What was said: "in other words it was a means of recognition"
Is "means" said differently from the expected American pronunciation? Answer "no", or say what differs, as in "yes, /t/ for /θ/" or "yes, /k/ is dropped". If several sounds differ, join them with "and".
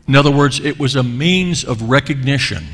no